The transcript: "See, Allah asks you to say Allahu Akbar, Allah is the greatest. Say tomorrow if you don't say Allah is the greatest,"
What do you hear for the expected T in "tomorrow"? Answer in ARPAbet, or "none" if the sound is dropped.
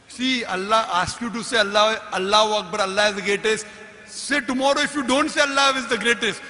T